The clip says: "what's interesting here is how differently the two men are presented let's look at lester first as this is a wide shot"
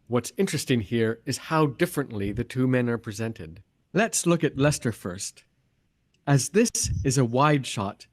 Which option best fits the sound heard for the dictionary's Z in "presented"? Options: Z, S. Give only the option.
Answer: Z